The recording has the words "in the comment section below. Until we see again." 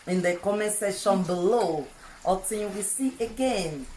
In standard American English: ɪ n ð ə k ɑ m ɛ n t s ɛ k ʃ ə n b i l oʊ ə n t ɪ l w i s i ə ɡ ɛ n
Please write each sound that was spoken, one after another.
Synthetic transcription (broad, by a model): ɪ n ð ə k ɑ m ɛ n s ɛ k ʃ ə n b i l oʊ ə t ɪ w i s i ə ɡ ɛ n